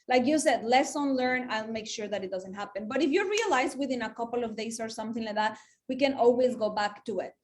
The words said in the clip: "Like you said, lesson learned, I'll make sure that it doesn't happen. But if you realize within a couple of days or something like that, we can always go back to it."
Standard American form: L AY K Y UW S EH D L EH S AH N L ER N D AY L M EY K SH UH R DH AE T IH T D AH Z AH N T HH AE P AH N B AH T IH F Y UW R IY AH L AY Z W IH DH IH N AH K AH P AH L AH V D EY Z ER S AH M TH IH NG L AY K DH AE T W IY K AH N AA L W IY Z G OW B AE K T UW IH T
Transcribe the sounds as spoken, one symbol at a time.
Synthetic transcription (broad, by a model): L AY K Y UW S EH D L EH S AH N L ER N AY L M EY K SH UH R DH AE T IH T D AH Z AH N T HH AE P AH N B AH T IH F Y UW R IY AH L AY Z W IH DH IH N AH K AH P AH L AH V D EY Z ER S AH M TH IH NG L AY K DH AE T W IY K AH N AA L W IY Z G OW B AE K T UW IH T